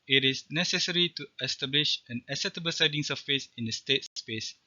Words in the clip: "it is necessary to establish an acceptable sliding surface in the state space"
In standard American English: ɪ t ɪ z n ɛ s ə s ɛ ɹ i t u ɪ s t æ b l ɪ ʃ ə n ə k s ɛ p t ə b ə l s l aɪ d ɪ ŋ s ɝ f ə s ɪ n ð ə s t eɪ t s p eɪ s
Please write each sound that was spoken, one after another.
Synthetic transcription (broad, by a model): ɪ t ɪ s n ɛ s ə s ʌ ɹ i t u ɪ s t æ b l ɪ ʃ ə n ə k s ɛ t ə b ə l s aɪ d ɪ ŋ s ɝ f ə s ɪ n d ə s t eɪ t s p eɪ s